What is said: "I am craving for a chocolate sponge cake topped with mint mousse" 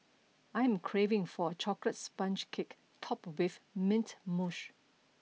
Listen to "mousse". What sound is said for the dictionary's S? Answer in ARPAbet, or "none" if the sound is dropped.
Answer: SH